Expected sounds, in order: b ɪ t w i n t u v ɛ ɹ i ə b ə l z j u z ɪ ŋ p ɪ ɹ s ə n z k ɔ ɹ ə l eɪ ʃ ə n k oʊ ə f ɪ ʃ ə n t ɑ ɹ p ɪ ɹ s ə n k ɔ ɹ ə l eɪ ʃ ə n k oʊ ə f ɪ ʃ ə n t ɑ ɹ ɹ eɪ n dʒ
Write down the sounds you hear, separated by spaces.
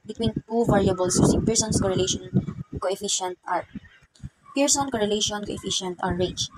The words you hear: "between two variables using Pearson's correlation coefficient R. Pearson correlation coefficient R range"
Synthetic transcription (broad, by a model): b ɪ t w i n t u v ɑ ɹ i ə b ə l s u s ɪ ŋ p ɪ ɹ s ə n s k ɔ ɹ ə l eɪ ʃ ə n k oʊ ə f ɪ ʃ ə n t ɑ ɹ p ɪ ɹ s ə n k ɔ ɹ ə l eɪ ʃ ə n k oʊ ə f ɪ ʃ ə n t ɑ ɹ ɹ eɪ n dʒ